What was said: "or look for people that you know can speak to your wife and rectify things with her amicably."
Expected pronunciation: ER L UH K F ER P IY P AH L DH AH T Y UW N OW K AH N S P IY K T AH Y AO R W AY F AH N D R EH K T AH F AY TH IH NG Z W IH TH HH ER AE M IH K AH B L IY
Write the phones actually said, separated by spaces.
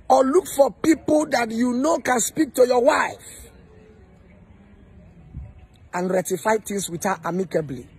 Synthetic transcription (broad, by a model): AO L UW K F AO P IY P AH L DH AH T Y UW N OW K AH N S P IY K T AH Y AO W AY F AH N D R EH T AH F AY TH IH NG S W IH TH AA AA M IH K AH B L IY